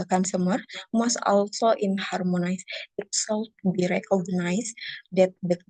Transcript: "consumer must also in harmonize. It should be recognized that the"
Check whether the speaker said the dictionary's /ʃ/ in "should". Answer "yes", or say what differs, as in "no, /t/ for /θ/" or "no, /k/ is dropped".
no, /s/ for /ʃ/